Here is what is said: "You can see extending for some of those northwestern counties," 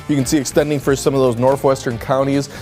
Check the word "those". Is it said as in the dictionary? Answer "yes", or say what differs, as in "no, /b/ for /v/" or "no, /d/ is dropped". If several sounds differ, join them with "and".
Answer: yes